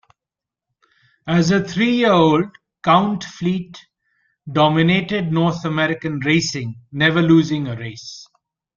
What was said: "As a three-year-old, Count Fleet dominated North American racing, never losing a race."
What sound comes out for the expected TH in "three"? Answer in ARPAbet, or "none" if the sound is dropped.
T